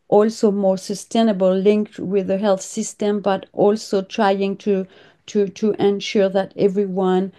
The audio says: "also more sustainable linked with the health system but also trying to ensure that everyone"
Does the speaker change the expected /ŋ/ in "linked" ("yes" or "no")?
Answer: no